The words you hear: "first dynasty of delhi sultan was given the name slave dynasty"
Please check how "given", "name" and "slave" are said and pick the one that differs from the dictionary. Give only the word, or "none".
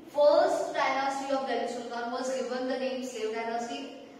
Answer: slave